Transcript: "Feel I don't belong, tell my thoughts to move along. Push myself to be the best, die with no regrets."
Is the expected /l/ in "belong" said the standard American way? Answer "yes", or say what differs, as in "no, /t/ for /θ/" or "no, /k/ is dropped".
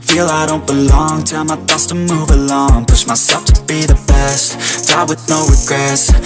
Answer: yes